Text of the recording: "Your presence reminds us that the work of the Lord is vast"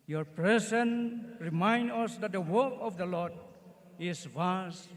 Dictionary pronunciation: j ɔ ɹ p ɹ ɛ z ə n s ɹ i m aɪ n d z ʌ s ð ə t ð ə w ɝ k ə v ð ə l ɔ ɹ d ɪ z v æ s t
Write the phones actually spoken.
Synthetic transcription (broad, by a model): j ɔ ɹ p ɹ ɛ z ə n ɹ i m aɪ n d ʌ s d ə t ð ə w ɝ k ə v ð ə l ɔ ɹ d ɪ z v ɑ s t